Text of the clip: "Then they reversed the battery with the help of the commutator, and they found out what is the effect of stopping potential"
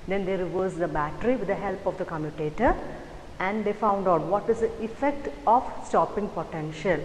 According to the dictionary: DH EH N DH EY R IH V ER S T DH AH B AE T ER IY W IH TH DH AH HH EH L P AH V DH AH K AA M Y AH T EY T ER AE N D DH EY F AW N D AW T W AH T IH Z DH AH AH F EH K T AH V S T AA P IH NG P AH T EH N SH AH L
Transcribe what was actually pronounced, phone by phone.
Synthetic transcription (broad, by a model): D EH N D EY R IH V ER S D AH B AE T ER IY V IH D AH HH EH L P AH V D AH K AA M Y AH T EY T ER AE N D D EY F AW N D AW T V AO T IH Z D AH AH F EH K T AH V S T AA P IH NG P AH T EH N SH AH L